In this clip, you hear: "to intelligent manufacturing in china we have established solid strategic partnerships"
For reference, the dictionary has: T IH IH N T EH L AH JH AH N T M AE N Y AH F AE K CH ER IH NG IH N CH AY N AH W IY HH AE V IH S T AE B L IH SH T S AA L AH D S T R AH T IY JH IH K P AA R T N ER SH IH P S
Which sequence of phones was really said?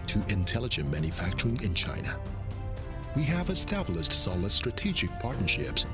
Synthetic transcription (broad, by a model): T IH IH N T EH L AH JH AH N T M AE N Y AH F AE K CH ER IH NG IH N CH AY N AH W IY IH V IH S T AE B L IH SH T S AA L AH D S T R AH T IY JH IH K P AA R T N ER SH IH P S